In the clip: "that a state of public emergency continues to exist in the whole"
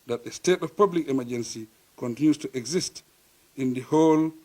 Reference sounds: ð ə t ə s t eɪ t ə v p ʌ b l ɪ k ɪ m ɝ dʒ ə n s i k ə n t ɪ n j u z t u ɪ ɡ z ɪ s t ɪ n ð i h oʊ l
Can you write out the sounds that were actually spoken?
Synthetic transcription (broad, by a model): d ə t ə s t eɪ t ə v p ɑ b l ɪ k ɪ m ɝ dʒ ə n s i k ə n t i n j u s t u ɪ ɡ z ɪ s t ɪ n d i h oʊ l